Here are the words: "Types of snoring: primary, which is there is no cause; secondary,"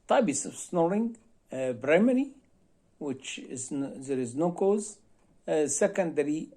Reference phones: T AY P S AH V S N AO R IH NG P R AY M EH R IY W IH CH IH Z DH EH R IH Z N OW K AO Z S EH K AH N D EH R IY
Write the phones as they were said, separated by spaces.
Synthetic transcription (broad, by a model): T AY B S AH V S N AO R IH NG B R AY M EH R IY W IH CH IH Z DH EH R IH Z N OW K AO Z S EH K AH N D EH R IY